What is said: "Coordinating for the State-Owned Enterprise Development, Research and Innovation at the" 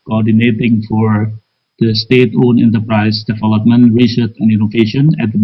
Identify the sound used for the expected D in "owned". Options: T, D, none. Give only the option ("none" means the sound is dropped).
none